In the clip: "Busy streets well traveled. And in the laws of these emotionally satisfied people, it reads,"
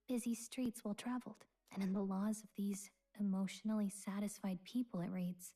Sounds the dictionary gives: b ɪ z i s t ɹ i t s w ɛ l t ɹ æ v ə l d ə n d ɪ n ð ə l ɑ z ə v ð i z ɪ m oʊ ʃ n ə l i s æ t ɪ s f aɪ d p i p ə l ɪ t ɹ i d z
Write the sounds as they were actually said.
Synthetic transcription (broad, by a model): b ɪ z i s t ɹ i t s w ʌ l t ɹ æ v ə l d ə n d ɪ n ð ə l ɑ z ə v ð i z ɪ m oʊ ʃ n l i s æ t ɪ s f aɪ d p i p l ɪ t ɹ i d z